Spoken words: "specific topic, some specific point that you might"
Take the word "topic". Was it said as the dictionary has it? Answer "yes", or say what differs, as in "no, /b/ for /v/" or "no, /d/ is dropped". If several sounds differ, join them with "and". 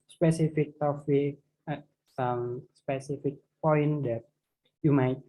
no, /f/ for /p/